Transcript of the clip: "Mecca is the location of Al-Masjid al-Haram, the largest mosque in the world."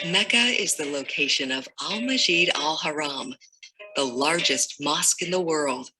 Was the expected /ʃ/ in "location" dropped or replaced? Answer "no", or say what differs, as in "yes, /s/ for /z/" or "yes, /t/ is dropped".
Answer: no